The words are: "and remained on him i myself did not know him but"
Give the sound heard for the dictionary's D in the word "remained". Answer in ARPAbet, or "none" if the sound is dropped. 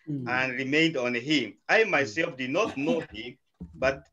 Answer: D